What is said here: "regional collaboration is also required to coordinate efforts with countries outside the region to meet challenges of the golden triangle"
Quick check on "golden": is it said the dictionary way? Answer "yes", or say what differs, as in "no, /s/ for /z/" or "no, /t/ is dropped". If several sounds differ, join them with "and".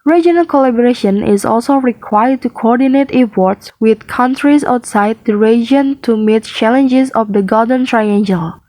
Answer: no, /l/ is dropped